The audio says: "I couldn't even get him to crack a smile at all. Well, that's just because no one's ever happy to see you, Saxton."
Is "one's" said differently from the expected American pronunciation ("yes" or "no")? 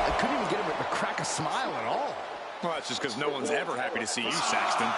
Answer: no